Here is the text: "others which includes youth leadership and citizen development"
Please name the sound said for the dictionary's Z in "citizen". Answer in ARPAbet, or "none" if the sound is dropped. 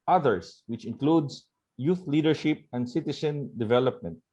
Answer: S